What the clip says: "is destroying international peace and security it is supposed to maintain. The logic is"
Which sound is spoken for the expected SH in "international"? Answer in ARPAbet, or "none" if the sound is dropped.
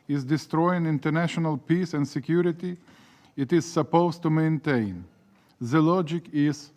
SH